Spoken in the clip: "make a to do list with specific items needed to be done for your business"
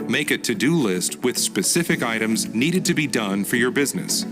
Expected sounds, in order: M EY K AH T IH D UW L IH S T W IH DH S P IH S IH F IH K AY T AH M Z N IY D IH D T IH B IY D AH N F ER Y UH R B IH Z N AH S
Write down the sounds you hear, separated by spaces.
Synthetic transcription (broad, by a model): M EY K AH T IH D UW L IH S T W IH DH S P IH S IH F IH K AY T AH M Z N IY D IH D T IH B IY D AH N F ER Y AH R B IH Z N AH S